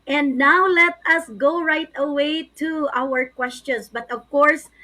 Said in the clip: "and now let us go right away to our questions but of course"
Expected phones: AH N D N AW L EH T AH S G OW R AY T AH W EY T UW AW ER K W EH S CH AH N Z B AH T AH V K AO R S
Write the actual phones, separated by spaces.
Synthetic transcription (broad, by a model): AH N D N AW L EH T AH S G OW R AY T AH W EY T UW AW ER K W EH S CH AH N S B AH T AH V K AO R S